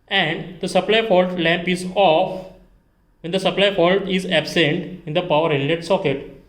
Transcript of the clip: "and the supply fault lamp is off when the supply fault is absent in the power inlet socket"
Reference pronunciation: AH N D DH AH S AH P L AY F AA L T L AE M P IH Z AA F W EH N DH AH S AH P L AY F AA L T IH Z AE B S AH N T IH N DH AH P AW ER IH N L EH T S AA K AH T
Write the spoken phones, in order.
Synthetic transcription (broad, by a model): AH N D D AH S AH P L AY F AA L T L AE M P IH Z AA F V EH N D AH S AH P L AY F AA L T IH Z AE B S AH N T IH N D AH P AW ER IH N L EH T S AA K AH T